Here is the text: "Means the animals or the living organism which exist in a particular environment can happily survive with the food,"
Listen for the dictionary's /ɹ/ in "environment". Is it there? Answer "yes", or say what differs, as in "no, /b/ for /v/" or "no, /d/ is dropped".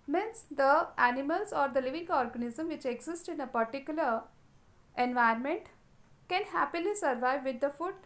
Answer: no, /ɹ/ is dropped